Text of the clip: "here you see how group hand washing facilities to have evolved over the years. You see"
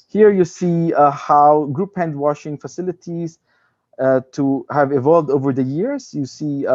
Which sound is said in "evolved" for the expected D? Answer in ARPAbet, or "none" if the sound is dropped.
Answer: D